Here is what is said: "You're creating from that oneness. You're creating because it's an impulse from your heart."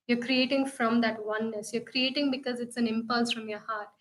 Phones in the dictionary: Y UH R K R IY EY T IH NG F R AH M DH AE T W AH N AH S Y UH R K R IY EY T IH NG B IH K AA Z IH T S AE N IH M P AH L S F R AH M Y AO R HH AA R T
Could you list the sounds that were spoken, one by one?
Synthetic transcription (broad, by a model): Y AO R K R IY EY T IH NG F R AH M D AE T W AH N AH S Y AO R K R IY EY T IH NG B IH K AA Z IH T S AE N IH M P AH L S F R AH M Y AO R HH AA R T